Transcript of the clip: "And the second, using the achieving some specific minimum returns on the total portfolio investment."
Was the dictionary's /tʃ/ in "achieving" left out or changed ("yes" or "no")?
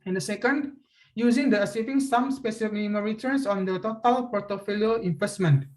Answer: yes